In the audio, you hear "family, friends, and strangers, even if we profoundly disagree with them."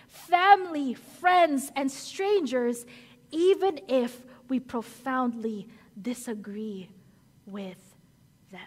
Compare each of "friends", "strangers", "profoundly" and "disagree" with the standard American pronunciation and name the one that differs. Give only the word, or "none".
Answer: none